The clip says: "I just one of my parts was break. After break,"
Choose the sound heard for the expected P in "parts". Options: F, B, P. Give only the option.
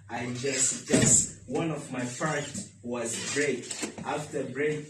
F